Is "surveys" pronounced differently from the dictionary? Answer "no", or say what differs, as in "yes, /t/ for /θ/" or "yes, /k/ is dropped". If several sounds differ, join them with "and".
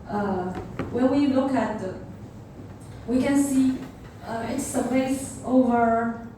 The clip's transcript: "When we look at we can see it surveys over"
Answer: yes, /p/ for /v/ and /s/ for /z/